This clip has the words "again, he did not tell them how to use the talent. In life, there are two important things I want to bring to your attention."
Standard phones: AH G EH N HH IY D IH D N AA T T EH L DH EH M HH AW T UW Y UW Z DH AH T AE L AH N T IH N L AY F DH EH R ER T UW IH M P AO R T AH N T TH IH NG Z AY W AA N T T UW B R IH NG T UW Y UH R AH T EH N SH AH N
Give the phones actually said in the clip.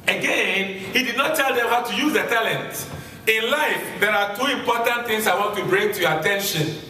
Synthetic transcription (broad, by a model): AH G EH N HH IY D IH D N AA T T EH L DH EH M HH AW T UW Y UW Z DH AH T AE L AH N T IH N L AY F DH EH R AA T UW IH M P AO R T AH N T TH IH NG S AY W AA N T T UW B R IH NG T UW Y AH T EH N SH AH N